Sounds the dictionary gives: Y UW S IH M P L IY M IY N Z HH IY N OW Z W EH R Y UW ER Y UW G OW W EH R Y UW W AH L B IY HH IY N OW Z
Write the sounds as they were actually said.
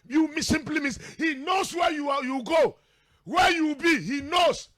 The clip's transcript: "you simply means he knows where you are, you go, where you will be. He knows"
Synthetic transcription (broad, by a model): Y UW S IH M P L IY M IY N S HH IY N OW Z W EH Y UW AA Y UW G OW W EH Y UW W B IY HH IY N OW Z